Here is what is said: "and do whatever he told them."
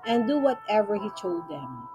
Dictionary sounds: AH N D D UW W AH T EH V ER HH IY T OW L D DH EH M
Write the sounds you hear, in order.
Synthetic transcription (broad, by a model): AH N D D UW W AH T EH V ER HH IY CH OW D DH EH M